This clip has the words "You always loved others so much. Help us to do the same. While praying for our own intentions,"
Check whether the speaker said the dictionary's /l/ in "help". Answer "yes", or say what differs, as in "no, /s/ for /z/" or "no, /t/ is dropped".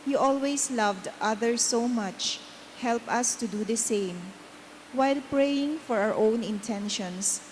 yes